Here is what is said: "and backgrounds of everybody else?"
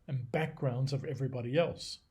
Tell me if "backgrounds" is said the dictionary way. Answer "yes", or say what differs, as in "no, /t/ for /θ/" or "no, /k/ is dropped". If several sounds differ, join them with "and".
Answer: yes